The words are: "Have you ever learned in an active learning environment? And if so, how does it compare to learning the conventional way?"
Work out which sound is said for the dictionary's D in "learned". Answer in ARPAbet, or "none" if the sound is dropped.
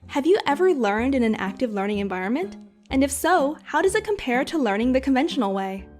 D